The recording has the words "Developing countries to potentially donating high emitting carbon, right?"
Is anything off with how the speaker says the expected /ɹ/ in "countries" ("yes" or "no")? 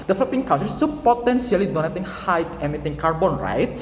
yes